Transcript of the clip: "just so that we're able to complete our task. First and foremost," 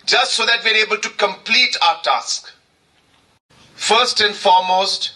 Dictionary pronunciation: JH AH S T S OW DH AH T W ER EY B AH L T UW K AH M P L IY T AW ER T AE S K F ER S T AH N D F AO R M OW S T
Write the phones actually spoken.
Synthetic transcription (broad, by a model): JH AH S T S OW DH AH T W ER EY B AH L T UW K AH M P L IY T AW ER T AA S K F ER S T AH N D F AO M OW S T